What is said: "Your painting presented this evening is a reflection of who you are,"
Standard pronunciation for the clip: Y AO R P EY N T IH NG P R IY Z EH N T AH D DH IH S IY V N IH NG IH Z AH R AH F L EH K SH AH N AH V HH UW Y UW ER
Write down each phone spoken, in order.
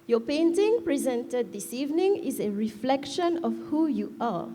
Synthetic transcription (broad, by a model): Y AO P EY N T IH NG P R IY Z EH N T AH D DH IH S IY V N IH NG IH Z AH R AH F L EH K SH AH N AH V HH UW Y UW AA